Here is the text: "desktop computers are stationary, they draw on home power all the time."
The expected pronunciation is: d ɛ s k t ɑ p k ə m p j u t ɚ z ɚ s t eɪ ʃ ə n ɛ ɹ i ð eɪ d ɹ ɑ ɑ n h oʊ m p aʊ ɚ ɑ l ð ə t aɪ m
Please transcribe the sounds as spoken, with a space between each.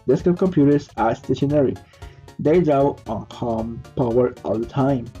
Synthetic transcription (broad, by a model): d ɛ s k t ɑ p k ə m p j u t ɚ s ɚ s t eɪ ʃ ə n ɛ ɹ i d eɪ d ɑ ɑ n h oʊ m p aʊ ɚ ɑ l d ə t aɪ m